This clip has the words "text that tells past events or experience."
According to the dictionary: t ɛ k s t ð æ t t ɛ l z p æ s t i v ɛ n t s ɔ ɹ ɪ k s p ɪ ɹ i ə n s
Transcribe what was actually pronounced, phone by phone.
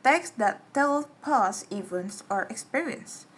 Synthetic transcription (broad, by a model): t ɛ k s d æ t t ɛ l p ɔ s i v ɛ n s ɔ ɹ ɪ k s p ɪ ɹ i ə n s